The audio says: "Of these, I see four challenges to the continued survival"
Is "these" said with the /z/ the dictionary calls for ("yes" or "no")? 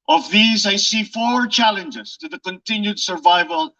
yes